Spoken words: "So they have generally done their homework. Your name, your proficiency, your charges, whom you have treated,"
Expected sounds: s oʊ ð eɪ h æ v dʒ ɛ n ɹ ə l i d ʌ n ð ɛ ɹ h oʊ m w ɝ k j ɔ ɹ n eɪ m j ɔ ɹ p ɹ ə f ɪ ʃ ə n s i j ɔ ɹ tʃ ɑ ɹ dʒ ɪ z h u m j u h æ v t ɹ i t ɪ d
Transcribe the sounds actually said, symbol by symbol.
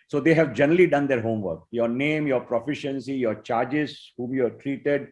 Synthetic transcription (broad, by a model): s oʊ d eɪ h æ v dʒ ɛ n ɹ ə l i d ʌ n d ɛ ɹ h oʊ m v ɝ k j ɔ ɹ n eɪ m j ɔ ɹ p ɹ ə f ɪ ʃ ə n s i j ɔ ɹ tʃ ɑ ɹ dʒ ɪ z h u m j u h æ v t ɹ i t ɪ d